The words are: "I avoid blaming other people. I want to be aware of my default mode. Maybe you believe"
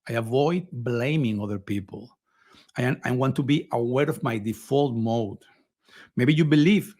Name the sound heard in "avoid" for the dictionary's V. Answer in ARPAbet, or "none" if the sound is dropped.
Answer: V